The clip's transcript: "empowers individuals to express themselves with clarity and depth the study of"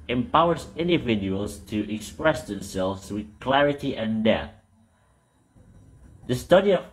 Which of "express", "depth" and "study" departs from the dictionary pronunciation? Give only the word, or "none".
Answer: depth